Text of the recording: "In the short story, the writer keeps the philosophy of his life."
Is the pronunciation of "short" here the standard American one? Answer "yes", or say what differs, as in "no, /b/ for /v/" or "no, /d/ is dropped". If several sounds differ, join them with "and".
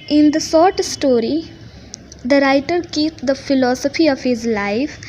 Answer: no, /s/ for /ʃ/